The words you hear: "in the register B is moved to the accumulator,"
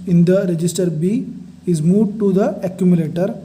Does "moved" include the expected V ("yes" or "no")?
no